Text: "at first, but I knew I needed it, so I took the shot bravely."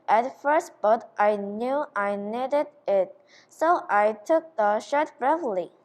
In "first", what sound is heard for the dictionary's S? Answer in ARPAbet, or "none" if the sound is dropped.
S